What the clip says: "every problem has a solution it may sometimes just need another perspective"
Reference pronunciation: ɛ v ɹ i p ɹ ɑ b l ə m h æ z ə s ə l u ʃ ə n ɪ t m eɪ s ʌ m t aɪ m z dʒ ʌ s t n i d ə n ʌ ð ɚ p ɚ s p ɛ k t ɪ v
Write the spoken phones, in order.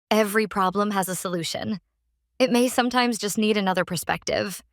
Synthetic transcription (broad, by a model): ɛ v ɹ i p ɹ ɑ b l ə m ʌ z ə s ə l u ʃ ə n ɪ t m eɪ s ʌ m t aɪ m z dʒ ʌ s t n i d ə n ʌ ð ɚ p ɚ s p ɛ k t ɪ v